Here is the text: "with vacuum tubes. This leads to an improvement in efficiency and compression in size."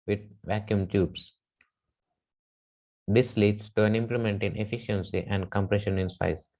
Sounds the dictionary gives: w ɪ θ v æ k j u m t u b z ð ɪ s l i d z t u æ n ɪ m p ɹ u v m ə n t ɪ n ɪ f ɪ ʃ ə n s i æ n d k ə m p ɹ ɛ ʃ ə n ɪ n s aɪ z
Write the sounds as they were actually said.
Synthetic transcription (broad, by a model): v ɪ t v æ k j u m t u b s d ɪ s l i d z t u æ n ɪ m p l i m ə n t ɪ n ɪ f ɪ ʃ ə n s i æ n d k ə m p ɹ ɛ ʃ ə n ɪ n s aɪ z